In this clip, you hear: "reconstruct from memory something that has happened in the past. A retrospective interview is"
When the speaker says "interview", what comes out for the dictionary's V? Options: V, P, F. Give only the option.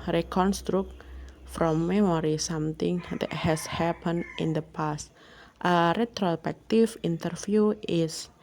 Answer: F